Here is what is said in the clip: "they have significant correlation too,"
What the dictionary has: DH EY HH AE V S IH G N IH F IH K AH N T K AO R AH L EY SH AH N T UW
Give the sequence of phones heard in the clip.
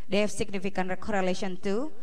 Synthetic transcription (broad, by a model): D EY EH F S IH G N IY F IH K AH N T K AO R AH L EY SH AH N T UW